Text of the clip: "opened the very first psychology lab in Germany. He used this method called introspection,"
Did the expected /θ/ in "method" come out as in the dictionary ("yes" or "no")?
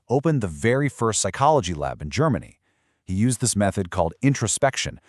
yes